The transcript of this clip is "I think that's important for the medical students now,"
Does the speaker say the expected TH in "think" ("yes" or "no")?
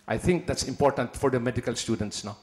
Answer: no